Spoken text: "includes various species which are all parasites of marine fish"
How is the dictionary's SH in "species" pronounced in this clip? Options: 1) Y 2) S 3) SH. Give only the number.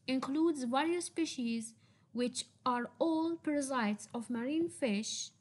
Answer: 3